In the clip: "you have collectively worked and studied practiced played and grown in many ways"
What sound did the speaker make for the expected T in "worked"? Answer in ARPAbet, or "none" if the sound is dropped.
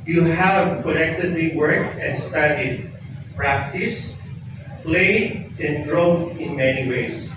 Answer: none